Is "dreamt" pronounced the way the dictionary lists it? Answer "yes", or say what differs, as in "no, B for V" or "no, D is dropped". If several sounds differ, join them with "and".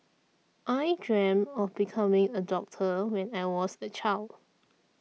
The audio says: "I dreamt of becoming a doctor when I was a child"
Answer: no, T is dropped